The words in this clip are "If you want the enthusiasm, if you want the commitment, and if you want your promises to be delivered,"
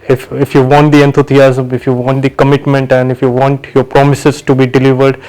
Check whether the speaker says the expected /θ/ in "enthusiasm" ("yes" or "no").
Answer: no